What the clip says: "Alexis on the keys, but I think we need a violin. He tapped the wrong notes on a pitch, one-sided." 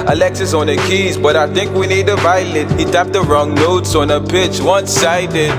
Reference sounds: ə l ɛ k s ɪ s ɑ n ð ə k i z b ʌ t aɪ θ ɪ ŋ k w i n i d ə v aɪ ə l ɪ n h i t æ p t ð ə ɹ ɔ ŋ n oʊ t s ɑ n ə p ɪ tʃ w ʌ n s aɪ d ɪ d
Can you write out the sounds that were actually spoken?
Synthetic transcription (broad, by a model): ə l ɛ k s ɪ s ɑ n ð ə k i z b ʌ t aɪ θ ɪ ŋ k w i n i d ə v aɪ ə l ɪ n h i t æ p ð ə ɹ ɔ ŋ n oʊ t s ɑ n ə p ɪ tʃ w ʌ n s aɪ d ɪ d